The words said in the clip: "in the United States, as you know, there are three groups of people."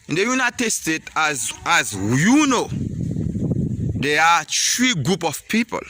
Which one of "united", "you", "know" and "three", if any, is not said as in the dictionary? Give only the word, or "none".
three